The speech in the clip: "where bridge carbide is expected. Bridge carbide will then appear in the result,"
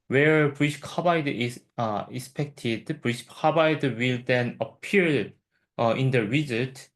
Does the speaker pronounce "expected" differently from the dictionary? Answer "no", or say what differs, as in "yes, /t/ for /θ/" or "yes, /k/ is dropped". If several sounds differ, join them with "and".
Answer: no